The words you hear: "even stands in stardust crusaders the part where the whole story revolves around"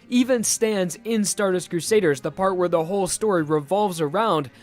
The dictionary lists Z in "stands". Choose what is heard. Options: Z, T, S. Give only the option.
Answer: Z